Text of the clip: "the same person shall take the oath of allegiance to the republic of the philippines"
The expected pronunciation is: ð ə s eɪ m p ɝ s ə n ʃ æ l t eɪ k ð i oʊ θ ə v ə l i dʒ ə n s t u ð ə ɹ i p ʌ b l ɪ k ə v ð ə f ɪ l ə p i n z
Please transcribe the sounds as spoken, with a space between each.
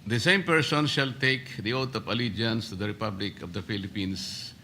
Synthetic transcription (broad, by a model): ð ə s eɪ m p ɝ s ə n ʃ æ l t eɪ k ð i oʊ t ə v ə l i dʒ ə n s t u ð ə ɹ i p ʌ b l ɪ k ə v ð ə f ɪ l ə p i n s